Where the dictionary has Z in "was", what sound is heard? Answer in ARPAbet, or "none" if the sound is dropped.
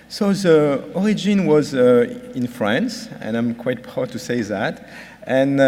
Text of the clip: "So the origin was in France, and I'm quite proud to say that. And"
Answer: Z